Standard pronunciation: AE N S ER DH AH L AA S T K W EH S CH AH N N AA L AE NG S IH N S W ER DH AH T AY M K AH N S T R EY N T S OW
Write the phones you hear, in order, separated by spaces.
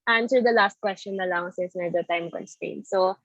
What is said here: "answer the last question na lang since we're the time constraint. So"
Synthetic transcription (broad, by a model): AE N S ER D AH L AA S T K W EH S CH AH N N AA L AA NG S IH S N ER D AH T AY M K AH N S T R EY N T S OW